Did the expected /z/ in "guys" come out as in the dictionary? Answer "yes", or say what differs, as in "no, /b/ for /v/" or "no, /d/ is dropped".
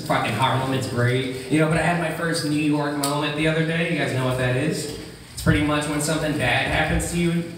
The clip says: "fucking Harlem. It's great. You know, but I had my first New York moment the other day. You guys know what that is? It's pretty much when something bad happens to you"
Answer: yes